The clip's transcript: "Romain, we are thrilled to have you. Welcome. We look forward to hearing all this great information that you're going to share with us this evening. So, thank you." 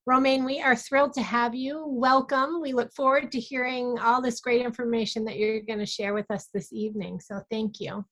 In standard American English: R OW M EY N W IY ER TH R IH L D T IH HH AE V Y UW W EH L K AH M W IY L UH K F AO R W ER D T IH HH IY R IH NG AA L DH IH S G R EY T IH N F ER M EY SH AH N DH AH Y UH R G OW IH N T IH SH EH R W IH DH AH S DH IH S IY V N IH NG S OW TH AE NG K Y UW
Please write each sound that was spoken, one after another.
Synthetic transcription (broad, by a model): R OW M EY N W IY ER TH R IH L D T IH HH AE V Y UW W EH L K AH M W IY L UH K F AO R W ER D T IH HH IY R IH NG AA L DH IH S G R EY T IH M F ER M EY SH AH N DH AH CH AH R G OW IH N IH SH EH R W IH DH AH S DH IH S IY V N IH NG S OW TH AE NG K Y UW